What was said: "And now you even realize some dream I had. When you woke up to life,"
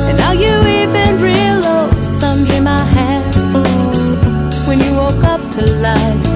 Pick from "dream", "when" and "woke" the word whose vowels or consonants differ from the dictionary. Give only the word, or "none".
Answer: dream